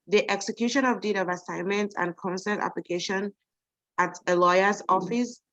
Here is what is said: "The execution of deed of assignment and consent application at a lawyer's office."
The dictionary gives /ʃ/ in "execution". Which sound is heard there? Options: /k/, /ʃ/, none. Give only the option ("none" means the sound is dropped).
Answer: /ʃ/